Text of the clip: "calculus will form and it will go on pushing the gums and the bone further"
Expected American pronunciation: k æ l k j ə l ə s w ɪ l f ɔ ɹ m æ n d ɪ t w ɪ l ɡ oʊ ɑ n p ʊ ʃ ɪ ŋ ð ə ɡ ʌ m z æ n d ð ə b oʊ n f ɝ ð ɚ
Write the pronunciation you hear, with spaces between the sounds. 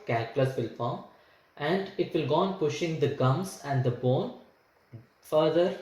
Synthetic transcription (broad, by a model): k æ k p l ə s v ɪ l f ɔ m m æ n d ɪ t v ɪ l ɡ oʊ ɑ n p ʊ ʃ ɪ ŋ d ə ɡ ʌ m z æ n d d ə b oʊ n f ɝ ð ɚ